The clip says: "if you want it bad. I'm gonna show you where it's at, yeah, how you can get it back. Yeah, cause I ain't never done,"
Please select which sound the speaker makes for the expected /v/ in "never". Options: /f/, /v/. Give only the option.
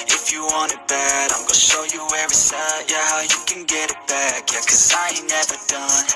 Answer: /v/